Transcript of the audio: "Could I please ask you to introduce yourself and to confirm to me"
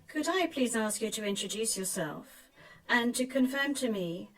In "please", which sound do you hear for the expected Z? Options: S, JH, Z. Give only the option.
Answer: Z